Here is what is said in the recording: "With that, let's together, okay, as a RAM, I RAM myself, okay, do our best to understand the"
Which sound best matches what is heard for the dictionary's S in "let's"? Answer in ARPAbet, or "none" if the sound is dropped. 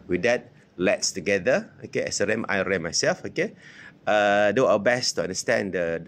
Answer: S